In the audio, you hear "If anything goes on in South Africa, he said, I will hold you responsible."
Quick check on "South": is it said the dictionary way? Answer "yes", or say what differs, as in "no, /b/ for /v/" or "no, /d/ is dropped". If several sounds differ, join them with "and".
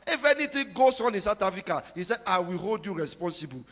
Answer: no, /t/ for /θ/